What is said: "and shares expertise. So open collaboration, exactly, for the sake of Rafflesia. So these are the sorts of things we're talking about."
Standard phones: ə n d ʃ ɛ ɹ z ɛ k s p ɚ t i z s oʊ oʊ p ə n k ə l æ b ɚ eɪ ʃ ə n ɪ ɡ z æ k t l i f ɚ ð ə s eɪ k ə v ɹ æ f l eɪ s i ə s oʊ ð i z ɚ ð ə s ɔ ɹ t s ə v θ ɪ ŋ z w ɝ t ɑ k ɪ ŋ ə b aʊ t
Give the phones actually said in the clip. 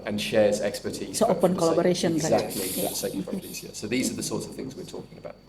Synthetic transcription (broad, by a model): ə n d ʃ ɛ z ɛ k s p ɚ t i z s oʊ oʊ p ə n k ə l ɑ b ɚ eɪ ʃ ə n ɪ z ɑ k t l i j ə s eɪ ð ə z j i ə s oʊ ð i z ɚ ð ə s ɔ t s ə v θ ɪ ŋ z w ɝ t ɑ k ɪ ŋ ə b aʊ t